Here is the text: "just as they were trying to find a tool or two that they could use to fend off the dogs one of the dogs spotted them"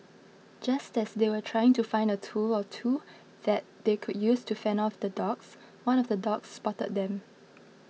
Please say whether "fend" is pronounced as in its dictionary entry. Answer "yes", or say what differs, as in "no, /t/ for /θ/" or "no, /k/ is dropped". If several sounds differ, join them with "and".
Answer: no, /d/ is dropped